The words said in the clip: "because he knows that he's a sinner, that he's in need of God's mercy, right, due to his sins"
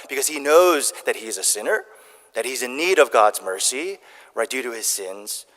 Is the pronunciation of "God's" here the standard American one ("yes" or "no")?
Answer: yes